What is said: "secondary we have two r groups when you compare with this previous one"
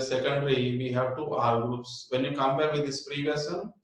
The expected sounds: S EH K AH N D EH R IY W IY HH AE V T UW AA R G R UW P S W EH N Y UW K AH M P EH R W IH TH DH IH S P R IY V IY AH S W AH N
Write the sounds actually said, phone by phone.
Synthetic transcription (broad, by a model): S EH K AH N D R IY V IY HH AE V T UW AA R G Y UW S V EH N Y UW K AH M P EH R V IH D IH S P R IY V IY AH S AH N